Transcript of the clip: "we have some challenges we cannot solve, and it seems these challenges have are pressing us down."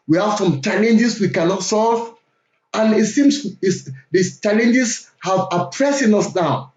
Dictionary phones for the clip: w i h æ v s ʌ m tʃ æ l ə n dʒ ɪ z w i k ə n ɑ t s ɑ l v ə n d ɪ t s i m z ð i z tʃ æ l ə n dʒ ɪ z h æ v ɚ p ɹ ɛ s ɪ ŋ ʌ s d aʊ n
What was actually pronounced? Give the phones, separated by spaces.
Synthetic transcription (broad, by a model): w i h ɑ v s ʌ m tʃ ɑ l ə n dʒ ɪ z w i k ə n ɑ t s ɑ l v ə n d ɪ t s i m s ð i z tʃ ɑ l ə n dʒ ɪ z h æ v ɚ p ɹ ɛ s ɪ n ʌ s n aʊ